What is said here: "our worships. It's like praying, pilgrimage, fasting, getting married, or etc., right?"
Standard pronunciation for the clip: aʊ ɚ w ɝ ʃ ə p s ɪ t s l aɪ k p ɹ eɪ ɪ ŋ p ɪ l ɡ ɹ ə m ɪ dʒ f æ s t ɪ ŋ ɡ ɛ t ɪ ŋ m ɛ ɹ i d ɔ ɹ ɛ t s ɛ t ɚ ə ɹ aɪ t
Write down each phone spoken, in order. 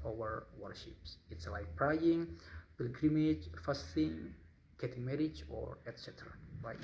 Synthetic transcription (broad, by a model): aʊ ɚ w ɝ ʃ ə p s ɪ t s l aɪ k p ɹ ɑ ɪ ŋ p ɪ l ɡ ɹ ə m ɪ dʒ f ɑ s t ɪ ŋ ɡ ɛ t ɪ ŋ m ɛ ɹ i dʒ ɔ ɹ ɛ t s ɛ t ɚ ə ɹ aɪ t